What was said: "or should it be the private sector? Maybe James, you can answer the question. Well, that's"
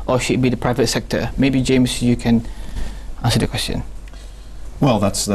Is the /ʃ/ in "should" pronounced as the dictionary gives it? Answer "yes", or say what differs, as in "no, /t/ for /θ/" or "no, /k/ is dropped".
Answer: yes